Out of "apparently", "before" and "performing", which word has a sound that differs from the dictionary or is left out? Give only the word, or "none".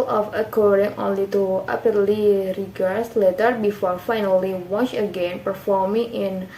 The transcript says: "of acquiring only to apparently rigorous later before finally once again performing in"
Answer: apparently